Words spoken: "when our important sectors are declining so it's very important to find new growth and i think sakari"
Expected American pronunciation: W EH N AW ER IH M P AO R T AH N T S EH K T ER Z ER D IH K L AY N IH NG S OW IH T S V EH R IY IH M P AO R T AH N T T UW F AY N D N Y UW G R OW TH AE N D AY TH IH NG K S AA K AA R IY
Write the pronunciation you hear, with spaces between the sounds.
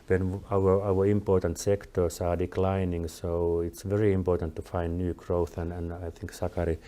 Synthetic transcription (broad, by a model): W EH N AW ER IH M P AO R T AH N T S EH K T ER S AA D IH K L AY N IH NG S OW IH T S V EH R IY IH M P AO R T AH N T T UW F AY N D N Y UW G R OW TH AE N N AY TH IH NG K S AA K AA R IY